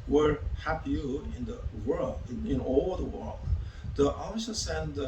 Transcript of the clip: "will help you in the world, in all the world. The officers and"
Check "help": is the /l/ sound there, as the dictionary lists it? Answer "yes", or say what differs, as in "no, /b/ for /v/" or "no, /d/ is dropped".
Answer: no, /l/ is dropped